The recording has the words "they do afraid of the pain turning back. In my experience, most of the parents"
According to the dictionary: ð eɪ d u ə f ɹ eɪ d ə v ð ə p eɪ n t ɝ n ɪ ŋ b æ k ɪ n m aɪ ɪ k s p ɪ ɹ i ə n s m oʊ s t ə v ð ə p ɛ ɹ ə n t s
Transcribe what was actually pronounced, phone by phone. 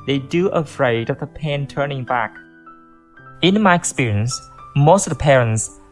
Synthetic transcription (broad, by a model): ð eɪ d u ə f ɹ eɪ d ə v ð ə p eɪ n t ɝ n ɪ ŋ b æ k ɪ n m aɪ ɪ k s p ɪ ɹ i ə n s m oʊ s t ə v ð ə p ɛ ɹ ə n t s